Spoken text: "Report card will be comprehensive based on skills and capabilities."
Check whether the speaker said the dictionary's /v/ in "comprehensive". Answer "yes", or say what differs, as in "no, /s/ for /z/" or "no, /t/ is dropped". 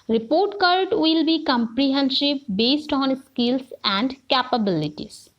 no, /p/ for /v/